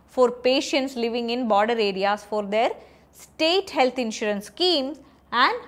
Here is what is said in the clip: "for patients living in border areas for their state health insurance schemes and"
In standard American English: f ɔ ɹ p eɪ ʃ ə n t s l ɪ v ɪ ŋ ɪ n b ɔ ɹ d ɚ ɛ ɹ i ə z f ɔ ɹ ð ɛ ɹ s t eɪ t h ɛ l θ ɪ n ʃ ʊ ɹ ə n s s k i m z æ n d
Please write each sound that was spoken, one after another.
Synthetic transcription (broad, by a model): f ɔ ɹ p eɪ ʃ ə n t s l ɪ v ɪ ŋ ɪ n b ɔ ɹ d ɚ ɛ ɹ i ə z f ɔ ɹ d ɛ ɹ s t eɪ t h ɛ l t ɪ n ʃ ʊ ɹ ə n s s k i m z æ n d